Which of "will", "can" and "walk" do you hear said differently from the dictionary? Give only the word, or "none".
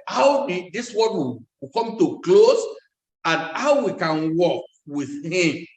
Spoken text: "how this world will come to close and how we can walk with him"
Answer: will